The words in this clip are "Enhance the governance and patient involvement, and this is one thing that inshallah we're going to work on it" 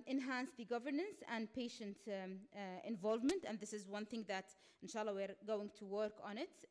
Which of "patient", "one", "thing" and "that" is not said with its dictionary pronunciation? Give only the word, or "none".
none